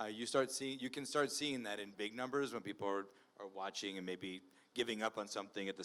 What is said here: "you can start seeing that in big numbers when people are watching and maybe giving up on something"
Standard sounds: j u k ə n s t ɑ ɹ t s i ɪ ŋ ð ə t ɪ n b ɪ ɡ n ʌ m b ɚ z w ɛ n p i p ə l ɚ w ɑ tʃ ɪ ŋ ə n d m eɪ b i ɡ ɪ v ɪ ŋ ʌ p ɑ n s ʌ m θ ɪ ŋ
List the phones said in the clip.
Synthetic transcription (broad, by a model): j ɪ k ə n s t ɑ ɹ t s i ɪ ŋ ð ə t ɪ n b ɪ ɡ n ʌ m b ɚ z w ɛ n p i p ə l ɚ w ɑ tʃ ɪ ŋ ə n m eɪ b i ɡ ɪ v ɪ ŋ ʌ p n s ʌ m θ ɪ ŋ